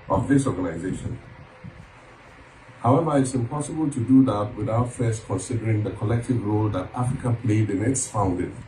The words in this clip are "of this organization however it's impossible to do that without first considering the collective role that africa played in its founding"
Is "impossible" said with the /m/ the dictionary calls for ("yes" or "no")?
yes